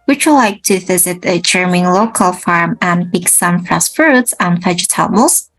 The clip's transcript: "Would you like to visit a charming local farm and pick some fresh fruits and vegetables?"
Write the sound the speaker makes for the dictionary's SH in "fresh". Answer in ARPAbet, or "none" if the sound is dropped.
S